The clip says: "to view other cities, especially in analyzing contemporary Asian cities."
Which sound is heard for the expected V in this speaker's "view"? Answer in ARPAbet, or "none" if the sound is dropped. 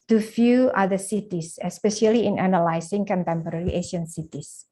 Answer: F